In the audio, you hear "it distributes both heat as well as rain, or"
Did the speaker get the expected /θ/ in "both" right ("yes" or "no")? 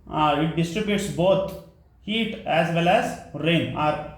no